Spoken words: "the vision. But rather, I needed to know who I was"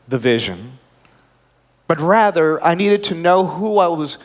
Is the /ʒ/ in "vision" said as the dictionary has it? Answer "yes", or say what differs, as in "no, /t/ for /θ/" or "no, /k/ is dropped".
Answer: yes